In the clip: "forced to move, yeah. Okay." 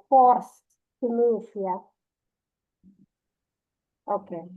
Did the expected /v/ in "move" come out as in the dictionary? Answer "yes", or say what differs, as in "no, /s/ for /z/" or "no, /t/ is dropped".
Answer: no, /f/ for /v/